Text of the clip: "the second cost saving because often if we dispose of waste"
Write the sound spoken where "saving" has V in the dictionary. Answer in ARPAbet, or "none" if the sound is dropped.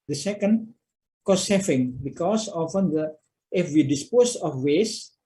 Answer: F